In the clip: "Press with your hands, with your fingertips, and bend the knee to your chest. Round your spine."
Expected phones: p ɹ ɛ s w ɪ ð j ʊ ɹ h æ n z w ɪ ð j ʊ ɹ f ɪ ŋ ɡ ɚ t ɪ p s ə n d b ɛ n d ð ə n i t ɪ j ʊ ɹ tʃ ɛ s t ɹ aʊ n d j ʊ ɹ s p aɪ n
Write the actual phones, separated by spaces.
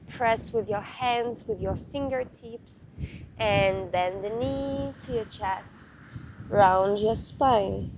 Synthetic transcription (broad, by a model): p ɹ ɛ s w ɪ ð j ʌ ɹ h æ n z w ɪ ð j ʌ ɹ f ɪ ŋ ɡ ɚ t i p s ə n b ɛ n ð ə n i t ɪ j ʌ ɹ tʃ ɛ s t ɹ aʊ n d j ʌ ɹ s p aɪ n